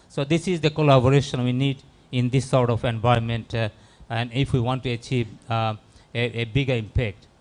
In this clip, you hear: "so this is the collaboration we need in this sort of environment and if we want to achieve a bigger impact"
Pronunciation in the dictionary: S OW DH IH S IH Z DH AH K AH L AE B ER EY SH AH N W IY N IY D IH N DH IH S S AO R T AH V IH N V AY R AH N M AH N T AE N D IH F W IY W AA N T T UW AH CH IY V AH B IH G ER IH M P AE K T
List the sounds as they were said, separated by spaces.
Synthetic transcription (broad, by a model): S OW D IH S IH Z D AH K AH L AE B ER EY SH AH N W IY N IY D IH N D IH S S AO R T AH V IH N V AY AH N M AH N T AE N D IH F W IY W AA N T T UW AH CH IY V AH B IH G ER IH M P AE K T